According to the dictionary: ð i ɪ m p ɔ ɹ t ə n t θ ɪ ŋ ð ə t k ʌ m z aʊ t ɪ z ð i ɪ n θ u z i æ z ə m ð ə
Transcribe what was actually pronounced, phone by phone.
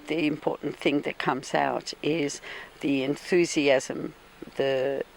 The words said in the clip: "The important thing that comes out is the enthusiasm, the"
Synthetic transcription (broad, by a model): ð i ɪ m p ɔ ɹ t n θ ɪ ŋ ð ə t k ʌ m z aʊ t ɪ z ð i ɪ n θ u z i æ z ə m ð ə